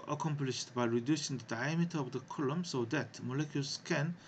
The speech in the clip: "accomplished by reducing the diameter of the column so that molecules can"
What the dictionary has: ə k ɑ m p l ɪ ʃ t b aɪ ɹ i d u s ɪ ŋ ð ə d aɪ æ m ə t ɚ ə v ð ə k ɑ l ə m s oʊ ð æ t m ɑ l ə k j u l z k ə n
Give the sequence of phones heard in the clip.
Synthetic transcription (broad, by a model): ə k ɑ m p l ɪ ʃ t b aɪ ɹ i d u s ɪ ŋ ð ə d aɪ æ m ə t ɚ ə v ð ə k ɑ l ə m s oʊ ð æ t m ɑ l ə k j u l s k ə n